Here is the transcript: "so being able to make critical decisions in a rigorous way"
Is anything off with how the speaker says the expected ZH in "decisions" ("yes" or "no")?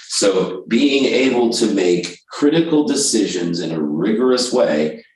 no